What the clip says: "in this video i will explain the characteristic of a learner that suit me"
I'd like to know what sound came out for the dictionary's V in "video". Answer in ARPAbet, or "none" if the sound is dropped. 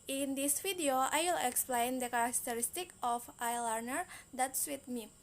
F